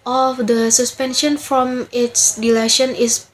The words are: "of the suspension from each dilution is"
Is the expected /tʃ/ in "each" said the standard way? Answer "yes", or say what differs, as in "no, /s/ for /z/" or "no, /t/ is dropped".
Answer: no, /s/ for /tʃ/